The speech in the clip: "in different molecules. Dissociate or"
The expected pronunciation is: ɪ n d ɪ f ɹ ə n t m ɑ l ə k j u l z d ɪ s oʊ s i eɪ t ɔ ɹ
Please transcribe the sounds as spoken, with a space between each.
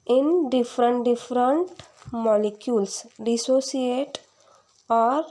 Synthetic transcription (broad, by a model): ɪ n d ɪ f ɹ ə n t m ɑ l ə k j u l s d ɪ s oʊ s i eɪ t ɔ ɹ